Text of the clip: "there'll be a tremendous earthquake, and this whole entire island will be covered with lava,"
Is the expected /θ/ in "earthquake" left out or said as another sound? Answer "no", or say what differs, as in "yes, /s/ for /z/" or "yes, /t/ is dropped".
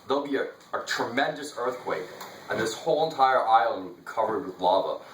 no